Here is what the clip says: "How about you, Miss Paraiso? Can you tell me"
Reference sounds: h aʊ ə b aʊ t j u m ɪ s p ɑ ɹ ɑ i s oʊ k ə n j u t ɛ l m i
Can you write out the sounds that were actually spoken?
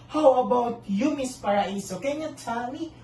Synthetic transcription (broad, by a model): h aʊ ə b aʊ t j u m ɪ s p ɑ ɹ ɑ i s oʊ k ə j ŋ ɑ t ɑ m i